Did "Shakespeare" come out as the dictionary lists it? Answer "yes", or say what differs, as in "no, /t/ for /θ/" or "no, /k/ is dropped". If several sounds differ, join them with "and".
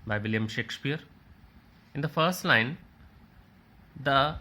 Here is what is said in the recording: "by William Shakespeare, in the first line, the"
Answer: yes